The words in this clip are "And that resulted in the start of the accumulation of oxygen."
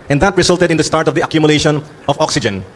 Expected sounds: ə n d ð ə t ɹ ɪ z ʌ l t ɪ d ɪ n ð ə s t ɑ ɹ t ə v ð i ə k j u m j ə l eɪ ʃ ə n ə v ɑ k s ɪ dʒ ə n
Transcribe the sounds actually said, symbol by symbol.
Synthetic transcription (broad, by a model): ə n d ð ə t ɹ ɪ s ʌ l t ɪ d ɪ n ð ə s t ɑ ɹ t ə v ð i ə k j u m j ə l eɪ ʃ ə n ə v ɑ k s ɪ dʒ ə n